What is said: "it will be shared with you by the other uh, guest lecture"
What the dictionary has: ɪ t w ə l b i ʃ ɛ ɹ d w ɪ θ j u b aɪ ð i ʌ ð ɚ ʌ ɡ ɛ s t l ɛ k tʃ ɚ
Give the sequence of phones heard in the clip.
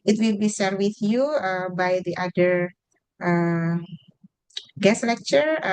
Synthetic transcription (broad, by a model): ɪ t w ə l b i s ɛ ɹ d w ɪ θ j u b aɪ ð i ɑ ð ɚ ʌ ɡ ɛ s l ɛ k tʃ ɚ